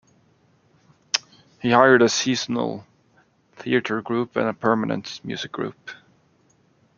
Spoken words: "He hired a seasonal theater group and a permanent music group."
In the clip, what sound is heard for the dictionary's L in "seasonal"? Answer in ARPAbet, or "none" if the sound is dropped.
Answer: L